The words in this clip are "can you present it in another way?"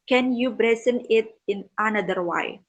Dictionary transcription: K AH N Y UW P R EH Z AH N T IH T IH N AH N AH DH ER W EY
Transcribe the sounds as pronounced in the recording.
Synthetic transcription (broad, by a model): K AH N Y UW B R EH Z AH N IH T IH N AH N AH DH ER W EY